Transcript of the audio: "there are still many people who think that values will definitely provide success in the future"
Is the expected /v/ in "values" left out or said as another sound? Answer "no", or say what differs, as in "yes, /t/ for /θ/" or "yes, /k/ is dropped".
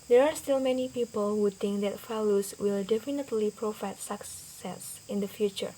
yes, /f/ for /v/